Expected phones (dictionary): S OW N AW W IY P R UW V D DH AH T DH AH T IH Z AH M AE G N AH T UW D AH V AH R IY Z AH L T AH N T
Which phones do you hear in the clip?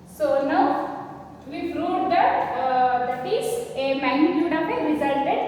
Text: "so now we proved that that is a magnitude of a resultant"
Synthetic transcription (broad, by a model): S OW N AW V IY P R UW D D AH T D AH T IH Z AH M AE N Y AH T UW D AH P AH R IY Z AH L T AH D